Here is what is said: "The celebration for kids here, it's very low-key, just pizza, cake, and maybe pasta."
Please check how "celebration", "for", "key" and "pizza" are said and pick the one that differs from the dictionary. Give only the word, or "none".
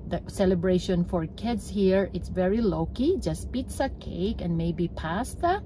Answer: none